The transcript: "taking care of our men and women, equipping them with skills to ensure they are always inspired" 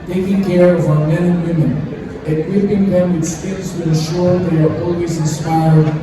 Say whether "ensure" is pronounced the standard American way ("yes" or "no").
no